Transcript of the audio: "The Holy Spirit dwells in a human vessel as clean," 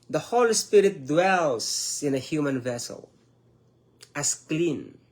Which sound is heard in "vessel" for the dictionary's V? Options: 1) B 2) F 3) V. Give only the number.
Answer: 3